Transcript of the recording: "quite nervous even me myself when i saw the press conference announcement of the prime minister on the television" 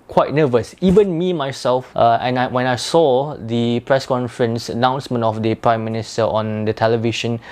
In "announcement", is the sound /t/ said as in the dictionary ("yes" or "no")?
yes